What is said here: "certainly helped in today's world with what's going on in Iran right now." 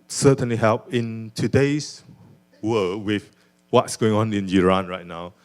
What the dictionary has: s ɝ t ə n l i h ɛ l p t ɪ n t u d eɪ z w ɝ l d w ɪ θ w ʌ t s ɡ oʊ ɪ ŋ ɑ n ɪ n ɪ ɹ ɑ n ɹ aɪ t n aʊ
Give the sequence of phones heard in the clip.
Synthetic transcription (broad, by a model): s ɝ t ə n l i h ɛ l p ɪ n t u d eɪ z w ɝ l w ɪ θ w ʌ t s ɡ oʊ ɪ ŋ ɑ n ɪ n ɪ ɹ ɑ n ɹ aɪ t n aʊ